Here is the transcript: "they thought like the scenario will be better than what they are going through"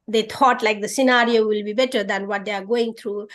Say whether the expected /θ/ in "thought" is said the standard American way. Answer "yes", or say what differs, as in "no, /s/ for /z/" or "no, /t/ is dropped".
no, /t/ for /θ/